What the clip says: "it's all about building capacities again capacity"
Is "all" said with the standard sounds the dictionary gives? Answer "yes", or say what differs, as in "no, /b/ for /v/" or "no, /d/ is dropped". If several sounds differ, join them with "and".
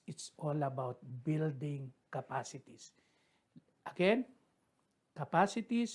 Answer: yes